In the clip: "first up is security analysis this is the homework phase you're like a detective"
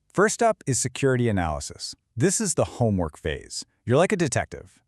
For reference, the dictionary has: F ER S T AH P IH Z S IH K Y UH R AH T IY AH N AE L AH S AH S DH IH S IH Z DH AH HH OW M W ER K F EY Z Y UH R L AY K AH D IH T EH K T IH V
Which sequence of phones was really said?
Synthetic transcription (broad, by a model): F ER S T AH P IH Z S IH K Y UH R AH T IY AH N AE L AH S AH S DH IH S IH Z DH AH HH OW M W ER K F EY Z Y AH R L AY K AH D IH T EH K T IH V